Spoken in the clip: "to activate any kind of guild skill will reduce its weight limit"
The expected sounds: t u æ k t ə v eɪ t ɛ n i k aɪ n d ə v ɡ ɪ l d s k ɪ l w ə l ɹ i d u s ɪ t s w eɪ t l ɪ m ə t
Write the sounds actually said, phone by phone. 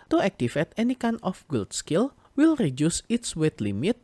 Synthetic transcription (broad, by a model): t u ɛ k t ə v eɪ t ɛ n i k aɪ n ə f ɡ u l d s k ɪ l w ə l ɹ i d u s ɪ t s w eɪ t l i m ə t